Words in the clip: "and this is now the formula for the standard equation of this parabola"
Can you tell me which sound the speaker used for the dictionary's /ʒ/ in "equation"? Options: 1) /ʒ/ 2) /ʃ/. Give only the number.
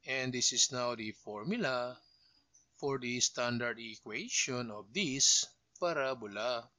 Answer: 2